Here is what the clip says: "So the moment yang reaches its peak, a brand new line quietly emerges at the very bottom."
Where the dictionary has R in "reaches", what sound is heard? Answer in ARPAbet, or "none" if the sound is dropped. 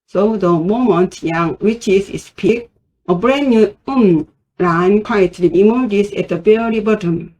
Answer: W